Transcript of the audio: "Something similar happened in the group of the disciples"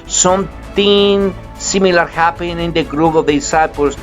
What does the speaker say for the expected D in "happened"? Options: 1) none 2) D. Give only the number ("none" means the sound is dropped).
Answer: 1